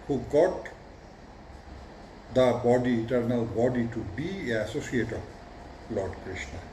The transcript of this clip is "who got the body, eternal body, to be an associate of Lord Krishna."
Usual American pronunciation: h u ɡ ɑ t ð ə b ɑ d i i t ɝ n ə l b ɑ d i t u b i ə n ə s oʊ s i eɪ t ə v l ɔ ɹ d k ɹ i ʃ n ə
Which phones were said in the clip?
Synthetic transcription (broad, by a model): h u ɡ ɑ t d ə b ɑ d i i t ɝ n ə l b ɑ d i t u b i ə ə s oʊ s i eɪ t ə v l ɔ ɹ d k ɹ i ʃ n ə